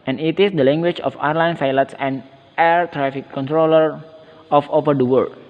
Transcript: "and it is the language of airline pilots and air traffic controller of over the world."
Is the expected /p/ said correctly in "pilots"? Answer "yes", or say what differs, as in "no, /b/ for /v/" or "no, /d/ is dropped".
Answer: no, /f/ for /p/